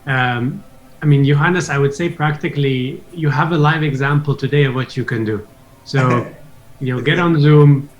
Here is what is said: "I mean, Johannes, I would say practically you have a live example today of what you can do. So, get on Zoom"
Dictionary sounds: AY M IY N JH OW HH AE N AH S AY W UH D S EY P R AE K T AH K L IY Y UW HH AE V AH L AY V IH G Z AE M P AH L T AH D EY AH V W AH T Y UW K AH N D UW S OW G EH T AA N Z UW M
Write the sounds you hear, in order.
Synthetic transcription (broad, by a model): AY M IY N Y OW HH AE N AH S AY W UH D S EY P R AE K T AH K L IY Y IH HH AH V AH L AY V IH G Z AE M P L T AH D EY AH V W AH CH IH K AH N D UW S OW G EH T N Z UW M